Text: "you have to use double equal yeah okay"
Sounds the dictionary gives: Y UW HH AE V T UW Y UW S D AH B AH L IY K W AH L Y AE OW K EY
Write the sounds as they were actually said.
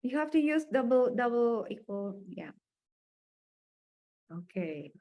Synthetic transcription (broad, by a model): Y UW HH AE F T UW Y UW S D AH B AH L IY K W AH L Y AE OW K EY